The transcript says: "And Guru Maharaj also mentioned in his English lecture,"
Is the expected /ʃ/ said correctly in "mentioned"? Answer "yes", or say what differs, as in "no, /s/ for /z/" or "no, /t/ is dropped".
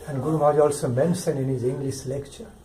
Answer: no, /s/ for /ʃ/